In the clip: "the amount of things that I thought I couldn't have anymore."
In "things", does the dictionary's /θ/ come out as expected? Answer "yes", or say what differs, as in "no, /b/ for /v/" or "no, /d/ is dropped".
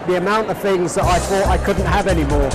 yes